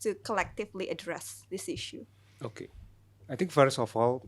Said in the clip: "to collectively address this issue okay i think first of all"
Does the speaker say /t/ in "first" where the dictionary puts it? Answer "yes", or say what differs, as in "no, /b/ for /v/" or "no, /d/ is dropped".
no, /t/ is dropped